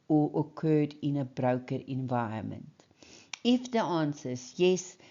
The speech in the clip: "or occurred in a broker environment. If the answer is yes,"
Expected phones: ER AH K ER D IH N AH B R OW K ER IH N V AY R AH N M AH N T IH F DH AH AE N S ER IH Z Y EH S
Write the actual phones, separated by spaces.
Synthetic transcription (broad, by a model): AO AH K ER D IH N AH B R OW K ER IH N V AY AH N M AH N T IH F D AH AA N S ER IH S Y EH S